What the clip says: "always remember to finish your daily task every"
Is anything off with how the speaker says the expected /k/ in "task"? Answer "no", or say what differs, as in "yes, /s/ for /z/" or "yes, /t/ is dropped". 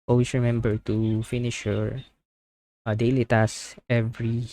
yes, /k/ is dropped